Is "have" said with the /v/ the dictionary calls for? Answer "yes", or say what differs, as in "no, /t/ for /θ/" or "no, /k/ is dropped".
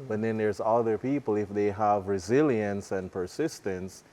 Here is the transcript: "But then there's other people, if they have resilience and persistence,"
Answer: yes